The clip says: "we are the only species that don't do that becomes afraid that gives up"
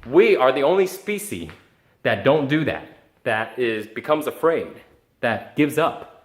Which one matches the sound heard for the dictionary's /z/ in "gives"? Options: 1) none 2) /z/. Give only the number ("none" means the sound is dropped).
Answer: 2